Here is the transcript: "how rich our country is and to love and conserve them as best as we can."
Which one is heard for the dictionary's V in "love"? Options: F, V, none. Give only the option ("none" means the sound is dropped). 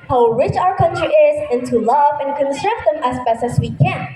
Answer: V